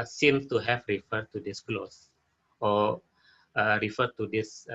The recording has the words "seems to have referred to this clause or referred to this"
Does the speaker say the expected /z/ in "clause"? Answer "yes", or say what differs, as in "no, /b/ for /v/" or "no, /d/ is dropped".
no, /s/ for /z/